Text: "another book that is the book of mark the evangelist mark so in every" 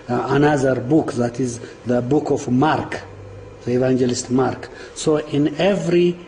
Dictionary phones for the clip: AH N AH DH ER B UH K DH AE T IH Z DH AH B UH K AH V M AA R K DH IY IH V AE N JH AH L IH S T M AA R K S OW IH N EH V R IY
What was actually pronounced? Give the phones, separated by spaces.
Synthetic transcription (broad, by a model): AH N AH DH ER B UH K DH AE T IH Z DH AH B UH K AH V M AA R K DH IY IH V AE N JH AH L IH S T M AA R K S OW IH N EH V R IY